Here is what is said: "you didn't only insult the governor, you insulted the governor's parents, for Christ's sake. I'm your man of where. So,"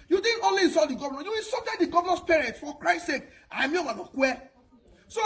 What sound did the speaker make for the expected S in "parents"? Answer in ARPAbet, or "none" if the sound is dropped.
none